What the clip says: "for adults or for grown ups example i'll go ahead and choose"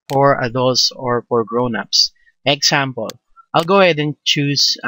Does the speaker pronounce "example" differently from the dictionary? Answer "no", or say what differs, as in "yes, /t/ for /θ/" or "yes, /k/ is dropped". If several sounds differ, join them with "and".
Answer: yes, /s/ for /z/